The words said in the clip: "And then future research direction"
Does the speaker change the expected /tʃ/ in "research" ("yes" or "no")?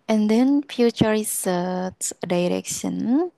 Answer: yes